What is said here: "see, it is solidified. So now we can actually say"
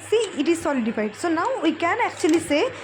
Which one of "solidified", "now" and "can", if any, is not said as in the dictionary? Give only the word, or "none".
solidified